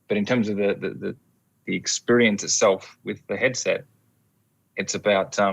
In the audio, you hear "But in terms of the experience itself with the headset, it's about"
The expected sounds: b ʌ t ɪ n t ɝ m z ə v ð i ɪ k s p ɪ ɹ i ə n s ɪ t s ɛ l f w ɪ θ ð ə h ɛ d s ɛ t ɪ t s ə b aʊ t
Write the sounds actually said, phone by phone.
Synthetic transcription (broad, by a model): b ʌ t ɪ n t ɝ m z ə v ð i ɪ k s p ɪ ɹ i ə n s ɪ t s ɛ l f w ɪ ð ə h ɛ d s ɛ t ɪ t s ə b aʊ t